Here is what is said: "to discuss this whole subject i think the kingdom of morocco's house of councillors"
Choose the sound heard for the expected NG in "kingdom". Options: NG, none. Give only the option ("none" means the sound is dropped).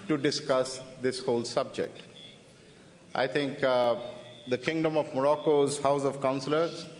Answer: NG